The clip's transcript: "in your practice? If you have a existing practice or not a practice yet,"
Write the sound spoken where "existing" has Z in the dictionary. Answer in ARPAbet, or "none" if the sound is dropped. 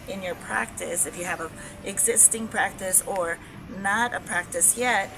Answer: Z